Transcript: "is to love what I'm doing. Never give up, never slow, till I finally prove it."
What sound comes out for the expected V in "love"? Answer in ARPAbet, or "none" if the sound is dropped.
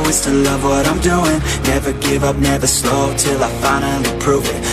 V